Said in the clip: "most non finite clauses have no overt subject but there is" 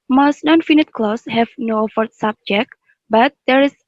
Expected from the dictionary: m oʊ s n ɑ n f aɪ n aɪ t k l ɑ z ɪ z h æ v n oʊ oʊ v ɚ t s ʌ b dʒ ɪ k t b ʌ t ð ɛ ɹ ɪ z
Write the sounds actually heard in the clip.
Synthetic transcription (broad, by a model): m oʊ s n ɑ n f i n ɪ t k l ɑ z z h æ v n oʊ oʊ f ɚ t s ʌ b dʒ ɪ k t b ʌ t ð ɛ ɹ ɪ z